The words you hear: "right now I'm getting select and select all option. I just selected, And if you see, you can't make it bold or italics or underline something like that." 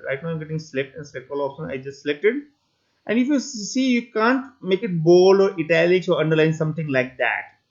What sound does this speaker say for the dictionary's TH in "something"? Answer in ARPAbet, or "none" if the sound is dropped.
T